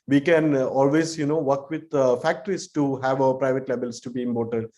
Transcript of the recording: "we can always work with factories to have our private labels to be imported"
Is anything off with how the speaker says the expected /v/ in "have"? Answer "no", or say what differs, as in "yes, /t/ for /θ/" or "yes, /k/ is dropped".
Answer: no